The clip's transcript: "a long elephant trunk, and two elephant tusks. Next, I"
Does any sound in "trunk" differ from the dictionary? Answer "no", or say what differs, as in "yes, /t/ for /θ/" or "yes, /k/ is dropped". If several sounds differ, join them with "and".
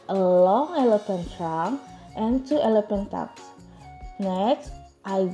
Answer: yes, /k/ is dropped